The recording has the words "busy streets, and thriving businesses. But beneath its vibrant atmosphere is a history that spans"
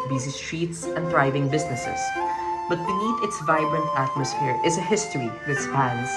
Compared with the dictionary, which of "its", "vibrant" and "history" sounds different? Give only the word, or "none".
none